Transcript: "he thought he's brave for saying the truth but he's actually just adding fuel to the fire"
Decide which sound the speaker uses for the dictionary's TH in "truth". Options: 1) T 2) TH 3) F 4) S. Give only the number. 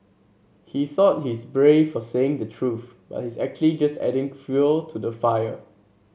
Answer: 2